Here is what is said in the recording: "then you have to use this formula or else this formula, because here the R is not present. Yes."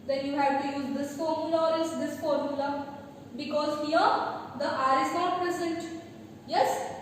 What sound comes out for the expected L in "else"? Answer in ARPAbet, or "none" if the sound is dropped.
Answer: none